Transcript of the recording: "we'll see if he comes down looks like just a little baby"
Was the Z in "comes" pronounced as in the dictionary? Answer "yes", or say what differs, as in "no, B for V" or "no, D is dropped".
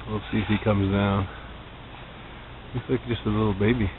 yes